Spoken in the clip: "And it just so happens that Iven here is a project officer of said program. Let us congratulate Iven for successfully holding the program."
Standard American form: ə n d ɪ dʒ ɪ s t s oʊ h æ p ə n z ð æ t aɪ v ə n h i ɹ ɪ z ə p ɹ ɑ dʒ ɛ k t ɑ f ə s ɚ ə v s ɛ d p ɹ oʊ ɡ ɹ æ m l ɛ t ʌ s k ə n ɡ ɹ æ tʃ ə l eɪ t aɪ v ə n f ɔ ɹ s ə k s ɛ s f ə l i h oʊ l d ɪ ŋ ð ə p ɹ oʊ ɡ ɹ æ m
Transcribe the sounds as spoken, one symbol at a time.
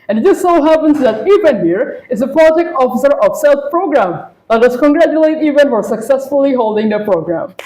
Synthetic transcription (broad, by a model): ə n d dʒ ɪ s s oʊ h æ p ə n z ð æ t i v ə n h i ɹ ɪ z ə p l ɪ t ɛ k ɑ f ə s ɚ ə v s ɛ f p ɹ oʊ ɡ ɹ æ m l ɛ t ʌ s k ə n ɡ ɹ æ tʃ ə l eɪ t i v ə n f ɔ ɹ s ə k s ɛ s f ə l i h oʊ l d ɪ ŋ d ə p ɹ oʊ ɡ ɹ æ m